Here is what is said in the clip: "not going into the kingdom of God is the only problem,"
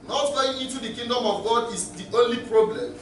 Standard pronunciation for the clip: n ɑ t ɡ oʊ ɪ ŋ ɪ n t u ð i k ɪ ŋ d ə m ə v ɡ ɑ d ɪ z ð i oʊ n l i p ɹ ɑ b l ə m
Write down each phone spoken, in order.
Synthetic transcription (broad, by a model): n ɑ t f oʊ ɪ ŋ ɪ n t u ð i k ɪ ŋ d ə m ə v ɡ ɑ d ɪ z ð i oʊ n l i p ɹ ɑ b l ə m